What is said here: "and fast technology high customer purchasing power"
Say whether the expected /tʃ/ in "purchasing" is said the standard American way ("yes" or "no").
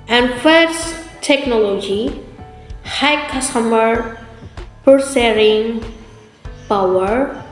no